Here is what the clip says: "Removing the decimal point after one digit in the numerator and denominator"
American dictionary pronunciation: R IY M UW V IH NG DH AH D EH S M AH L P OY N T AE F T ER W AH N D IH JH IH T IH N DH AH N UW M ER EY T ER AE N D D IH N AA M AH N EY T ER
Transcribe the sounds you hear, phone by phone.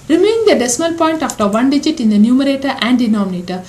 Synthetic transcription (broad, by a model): R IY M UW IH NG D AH D EH S M AH L P OY N T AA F T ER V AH N D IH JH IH T IH N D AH N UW M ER EY T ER AE N D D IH N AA M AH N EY T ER